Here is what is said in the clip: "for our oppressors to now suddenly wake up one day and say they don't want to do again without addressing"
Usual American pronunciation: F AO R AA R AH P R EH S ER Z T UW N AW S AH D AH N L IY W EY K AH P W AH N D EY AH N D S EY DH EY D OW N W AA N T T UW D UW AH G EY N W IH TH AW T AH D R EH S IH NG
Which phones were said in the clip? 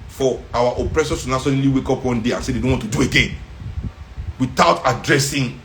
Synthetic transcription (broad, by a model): F AO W AA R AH P R EH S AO S T UW N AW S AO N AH L IY W EY K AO P W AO N D EY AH N S EY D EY D OW N W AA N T T UW D UW AH G EY N W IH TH AW T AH D R EH S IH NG